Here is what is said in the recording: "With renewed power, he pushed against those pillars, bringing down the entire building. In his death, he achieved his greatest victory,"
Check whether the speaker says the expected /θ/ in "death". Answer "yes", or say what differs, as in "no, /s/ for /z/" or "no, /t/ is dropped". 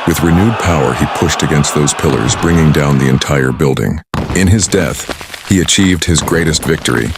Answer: yes